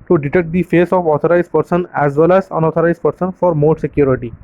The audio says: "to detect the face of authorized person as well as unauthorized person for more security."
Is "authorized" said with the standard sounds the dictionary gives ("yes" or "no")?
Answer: no